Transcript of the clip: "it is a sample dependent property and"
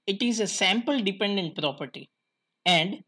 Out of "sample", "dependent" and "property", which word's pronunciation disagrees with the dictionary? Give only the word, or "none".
none